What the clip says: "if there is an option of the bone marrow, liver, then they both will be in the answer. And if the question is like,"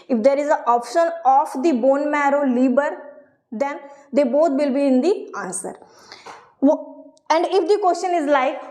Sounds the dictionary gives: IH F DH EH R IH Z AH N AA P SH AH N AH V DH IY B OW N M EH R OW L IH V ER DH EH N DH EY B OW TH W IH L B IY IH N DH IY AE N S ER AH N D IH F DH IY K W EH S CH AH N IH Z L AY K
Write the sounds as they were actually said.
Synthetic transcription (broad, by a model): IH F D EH R IH Z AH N AA P SH AH N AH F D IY B OW N M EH R OW L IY B ER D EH N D EY B OW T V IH L B IY IH N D IY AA N S ER AH N D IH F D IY K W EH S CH AH N IH Z L AY K